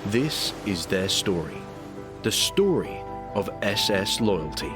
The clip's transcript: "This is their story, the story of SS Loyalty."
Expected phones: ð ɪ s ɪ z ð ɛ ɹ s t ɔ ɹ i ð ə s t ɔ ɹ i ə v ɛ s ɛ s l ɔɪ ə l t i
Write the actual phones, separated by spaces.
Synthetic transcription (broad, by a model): ð ɪ s ɪ z ð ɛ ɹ s t ɔ ɹ i ð ə s t ɔ ɹ i ə v ɛ s ɛ s l ɔɪ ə l t i